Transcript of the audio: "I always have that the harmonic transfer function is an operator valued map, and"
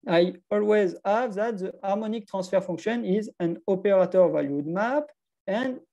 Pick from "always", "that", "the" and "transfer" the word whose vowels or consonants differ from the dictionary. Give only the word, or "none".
transfer